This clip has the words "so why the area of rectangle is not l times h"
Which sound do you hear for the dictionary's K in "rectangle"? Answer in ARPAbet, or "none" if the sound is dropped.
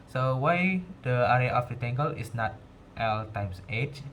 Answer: none